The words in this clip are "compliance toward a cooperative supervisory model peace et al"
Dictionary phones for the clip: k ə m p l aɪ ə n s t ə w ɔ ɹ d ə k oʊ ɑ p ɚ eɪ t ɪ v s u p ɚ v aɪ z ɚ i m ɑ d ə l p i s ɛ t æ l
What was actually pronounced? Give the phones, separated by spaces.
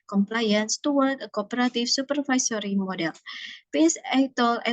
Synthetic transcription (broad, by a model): k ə m p l aɪ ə n s t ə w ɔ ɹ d ə k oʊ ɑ p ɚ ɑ t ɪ f s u p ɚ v aɪ s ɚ i m ɑ d ə l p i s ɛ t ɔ l